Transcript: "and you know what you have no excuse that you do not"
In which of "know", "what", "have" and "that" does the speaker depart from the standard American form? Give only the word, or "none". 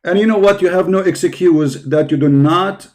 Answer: none